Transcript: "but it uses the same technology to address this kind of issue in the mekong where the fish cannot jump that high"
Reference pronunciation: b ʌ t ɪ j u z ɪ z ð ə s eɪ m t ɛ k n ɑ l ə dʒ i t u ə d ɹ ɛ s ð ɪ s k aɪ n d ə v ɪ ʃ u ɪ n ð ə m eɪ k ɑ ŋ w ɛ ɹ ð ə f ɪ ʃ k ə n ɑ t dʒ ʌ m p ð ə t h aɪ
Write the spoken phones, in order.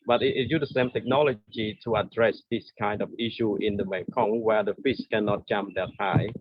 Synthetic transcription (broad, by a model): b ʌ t ɪ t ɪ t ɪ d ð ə s eɪ m t ɛ k n ɑ l ə dʒ i t u ə d ɹ ɛ s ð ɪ s k aɪ n d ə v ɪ ʃ u ɪ n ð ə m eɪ k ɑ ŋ w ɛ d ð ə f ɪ s k ə n ɑ t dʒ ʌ m p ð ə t h aɪ